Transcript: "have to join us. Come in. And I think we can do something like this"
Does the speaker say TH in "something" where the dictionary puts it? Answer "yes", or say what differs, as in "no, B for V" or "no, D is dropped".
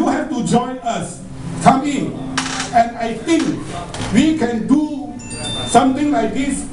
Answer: no, T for TH